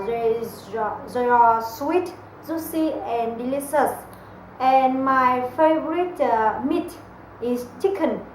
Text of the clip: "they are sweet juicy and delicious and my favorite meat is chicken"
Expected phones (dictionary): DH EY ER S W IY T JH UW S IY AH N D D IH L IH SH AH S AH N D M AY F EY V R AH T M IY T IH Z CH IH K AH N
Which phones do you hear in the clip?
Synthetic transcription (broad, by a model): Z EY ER S W IY T Z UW S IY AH N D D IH L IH S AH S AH N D M AY F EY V R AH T M IY T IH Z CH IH K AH N